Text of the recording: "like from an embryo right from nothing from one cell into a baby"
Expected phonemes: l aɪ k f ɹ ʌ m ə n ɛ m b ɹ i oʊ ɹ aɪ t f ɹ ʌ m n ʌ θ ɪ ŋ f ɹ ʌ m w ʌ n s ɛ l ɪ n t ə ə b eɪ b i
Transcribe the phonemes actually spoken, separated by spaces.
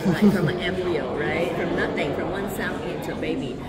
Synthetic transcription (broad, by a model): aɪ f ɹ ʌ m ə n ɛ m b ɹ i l ɹ aɪ t f ɹ ʌ m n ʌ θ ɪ ŋ f ɹ ʌ m w ʌ n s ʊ n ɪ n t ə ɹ b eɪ b i